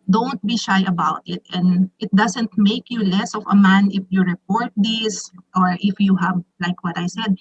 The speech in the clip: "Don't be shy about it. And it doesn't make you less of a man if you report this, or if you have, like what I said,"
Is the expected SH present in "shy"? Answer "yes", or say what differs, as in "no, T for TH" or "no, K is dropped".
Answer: yes